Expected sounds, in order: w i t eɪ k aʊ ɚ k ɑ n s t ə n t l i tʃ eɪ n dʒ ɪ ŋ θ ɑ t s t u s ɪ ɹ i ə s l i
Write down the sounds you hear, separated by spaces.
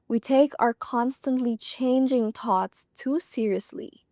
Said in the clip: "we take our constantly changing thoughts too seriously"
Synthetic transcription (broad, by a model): w i t eɪ k aʊ ɚ k ɑ n s t ə n t l i tʃ eɪ n dʒ ɪ ŋ t ɑ t s t u s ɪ ɹ i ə s l i